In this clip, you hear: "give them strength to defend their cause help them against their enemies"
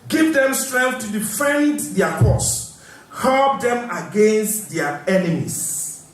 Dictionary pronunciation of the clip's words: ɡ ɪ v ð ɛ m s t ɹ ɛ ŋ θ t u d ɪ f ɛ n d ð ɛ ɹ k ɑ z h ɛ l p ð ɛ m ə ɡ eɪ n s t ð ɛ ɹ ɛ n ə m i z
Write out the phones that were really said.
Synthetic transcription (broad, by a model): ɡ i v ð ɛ m s t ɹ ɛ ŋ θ t u d ɪ f ɛ n d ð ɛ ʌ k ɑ s h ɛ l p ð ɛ m ə ɡ eɪ n s t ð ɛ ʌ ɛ n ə m i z